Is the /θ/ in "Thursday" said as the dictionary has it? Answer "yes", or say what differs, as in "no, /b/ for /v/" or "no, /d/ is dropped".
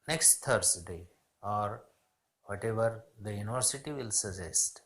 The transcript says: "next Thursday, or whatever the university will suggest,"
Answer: no, /t/ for /θ/